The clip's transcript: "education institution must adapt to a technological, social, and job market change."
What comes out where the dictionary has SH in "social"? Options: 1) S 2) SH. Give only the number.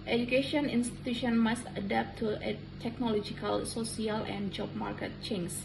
1